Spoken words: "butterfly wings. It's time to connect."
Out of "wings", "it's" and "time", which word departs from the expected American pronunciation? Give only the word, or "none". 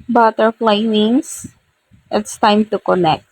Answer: wings